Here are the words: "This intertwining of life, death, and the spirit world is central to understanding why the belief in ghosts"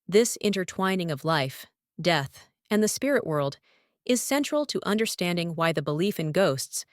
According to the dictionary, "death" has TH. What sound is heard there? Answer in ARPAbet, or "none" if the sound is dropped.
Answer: TH